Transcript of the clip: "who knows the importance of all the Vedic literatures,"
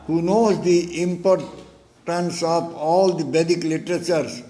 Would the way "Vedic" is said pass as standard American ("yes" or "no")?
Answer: no